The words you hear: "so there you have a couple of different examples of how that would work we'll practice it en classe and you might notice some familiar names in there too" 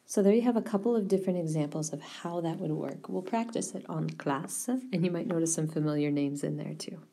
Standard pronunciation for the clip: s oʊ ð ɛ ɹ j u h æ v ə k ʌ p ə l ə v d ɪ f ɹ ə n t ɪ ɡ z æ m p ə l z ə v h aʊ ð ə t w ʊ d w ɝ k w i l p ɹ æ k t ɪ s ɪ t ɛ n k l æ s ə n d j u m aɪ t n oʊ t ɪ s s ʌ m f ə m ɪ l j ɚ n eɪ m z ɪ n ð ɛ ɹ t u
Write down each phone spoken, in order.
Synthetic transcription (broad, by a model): s oʊ ð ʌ ɹ j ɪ v ə k ʌ p l ə v d ɪ f ɹ ə n t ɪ ɡ z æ m p l z ə v h aʊ ð ə t w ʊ d w ɝ k w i l p ɹ æ k t ɪ s ɪ t n k l æ s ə n j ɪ m aɪ t n oʊ t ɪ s s ʌ m f ə m ɪ l j ɚ n eɪ m z ɪ n ð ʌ ɹ t u